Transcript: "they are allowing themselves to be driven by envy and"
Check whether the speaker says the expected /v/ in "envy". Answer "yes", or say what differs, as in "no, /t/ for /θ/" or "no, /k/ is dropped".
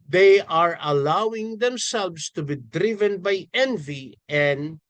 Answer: yes